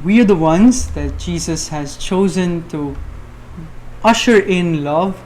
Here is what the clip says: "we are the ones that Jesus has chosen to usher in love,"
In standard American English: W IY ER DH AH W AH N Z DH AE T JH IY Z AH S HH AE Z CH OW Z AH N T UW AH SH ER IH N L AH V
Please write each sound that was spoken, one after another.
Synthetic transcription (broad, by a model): W IY ER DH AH W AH N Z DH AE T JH IY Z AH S HH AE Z CH OW Z AH N T UW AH SH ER IH N L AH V